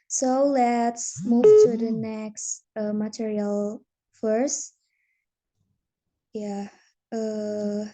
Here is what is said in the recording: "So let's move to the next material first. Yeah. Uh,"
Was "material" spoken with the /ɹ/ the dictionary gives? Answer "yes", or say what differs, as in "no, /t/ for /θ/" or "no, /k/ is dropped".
yes